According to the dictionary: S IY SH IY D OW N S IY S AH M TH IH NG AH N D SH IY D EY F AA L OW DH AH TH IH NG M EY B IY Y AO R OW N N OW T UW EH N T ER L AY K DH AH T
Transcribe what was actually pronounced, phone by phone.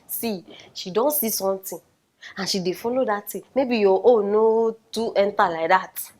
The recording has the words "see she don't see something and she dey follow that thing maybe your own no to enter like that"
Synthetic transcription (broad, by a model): S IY SH IY D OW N S IY S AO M T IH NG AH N SH IY D EY F AA L OW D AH T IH M EY B IY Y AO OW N N OW T UW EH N T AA L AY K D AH T